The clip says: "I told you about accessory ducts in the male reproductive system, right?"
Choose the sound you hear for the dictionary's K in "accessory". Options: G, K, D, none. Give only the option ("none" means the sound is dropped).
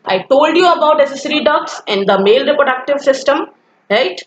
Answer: none